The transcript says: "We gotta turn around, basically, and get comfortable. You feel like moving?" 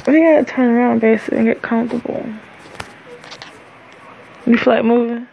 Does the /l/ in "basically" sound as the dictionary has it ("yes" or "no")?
no